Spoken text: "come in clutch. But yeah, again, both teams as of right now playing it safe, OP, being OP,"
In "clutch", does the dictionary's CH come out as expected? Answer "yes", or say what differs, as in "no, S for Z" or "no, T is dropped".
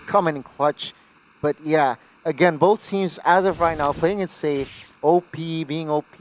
yes